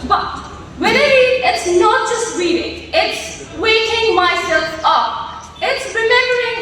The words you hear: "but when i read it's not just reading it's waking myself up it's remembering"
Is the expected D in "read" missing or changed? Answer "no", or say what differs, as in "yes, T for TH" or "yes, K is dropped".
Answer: yes, D is dropped